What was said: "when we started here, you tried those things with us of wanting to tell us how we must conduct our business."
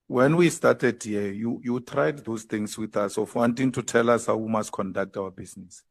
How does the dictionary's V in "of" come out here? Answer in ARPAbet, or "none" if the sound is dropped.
F